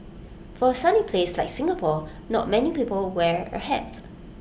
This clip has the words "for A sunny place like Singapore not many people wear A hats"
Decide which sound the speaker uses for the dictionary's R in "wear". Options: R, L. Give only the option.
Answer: R